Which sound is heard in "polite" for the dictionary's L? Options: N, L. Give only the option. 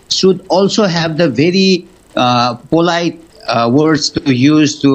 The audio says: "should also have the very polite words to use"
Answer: L